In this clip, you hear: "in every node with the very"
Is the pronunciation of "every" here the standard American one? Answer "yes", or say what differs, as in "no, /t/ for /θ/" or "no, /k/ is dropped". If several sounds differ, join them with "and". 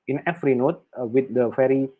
no, /f/ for /v/